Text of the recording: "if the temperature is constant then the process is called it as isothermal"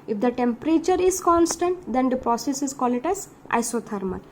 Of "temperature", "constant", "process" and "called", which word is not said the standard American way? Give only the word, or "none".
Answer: called